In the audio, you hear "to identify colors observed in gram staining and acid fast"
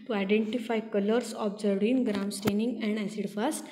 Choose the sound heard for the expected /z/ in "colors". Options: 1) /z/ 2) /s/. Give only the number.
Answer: 2